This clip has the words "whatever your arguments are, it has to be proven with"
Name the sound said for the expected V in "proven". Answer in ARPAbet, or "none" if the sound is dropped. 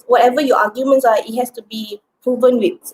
V